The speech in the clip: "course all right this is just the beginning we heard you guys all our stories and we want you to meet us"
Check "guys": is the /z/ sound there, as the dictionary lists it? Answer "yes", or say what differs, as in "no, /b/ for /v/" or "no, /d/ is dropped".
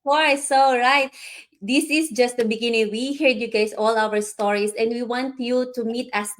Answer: no, /s/ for /z/